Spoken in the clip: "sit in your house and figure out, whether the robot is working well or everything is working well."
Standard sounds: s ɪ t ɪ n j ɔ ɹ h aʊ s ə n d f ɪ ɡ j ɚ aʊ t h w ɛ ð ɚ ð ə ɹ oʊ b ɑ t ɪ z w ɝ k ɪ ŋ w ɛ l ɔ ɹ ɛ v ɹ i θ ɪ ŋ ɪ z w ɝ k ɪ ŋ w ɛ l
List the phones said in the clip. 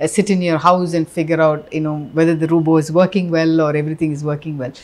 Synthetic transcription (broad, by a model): s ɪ t ɪ n j ɔ ɹ h aʊ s ə n d f ɪ ɡ j ɚ aʊ t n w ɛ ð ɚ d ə ɹ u b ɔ ɪ z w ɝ k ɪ ŋ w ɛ l ɔ ɹ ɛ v ɹ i t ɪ ŋ ɪ z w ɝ k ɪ ŋ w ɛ l